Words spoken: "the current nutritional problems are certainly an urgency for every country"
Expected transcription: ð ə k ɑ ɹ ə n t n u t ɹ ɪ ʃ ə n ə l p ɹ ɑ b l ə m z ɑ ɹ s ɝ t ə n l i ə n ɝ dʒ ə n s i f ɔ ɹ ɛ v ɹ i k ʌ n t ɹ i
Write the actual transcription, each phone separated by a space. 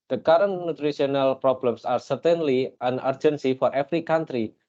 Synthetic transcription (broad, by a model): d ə k ɑ ɹ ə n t n u t ɹ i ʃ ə n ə l p ɹ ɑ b l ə m s ɑ ɹ s ɝ t ə n l i ə n ɝ dʒ ə n s i f ɔ ɹ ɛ f ɹ i k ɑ n t ɹ i